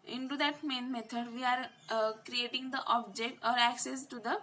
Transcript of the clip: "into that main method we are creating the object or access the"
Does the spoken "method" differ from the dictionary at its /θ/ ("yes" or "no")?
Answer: yes